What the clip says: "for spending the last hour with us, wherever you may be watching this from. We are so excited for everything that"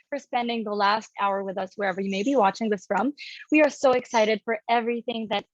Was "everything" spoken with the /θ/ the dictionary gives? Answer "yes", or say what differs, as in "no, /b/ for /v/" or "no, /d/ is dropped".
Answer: yes